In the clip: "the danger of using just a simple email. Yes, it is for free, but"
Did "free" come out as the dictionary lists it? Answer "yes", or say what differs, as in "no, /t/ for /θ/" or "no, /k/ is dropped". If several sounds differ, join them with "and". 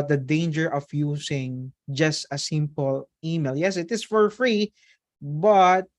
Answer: yes